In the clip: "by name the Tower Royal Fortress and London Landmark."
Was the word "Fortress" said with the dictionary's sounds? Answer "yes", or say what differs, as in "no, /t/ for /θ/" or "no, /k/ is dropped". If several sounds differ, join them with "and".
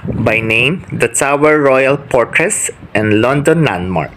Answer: no, /p/ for /f/